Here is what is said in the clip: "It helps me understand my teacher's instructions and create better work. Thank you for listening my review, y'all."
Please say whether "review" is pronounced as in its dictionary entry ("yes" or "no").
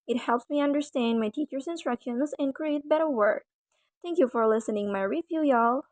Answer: no